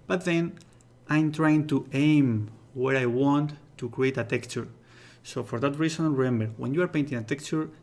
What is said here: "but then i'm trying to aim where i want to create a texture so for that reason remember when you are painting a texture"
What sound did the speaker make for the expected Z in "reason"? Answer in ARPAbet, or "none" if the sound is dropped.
S